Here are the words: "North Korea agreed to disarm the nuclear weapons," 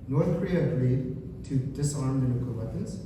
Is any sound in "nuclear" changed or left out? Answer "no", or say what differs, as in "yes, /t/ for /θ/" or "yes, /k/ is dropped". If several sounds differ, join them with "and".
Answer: yes, /l/ is dropped